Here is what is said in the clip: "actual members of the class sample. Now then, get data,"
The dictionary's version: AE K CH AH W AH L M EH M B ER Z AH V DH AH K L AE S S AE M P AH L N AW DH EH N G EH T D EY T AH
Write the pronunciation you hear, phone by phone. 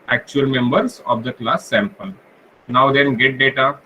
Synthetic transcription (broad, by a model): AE K CH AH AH L M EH M B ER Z AH V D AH K L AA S S AE M P AH L N AW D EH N G EH T D EY T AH